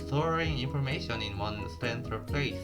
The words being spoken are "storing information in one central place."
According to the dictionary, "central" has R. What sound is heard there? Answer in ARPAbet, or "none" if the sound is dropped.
none